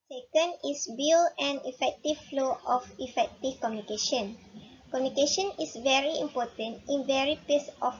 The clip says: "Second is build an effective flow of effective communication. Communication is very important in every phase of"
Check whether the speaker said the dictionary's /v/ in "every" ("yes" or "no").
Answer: no